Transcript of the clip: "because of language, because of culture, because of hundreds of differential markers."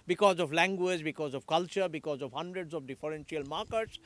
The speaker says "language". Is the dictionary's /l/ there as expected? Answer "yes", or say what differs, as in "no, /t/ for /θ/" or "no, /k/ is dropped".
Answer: yes